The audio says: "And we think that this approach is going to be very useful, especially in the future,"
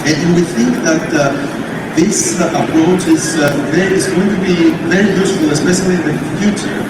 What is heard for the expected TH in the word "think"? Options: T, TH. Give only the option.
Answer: TH